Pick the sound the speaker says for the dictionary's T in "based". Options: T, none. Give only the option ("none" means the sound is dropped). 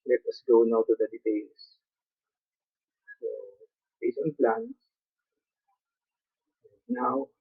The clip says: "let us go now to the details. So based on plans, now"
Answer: none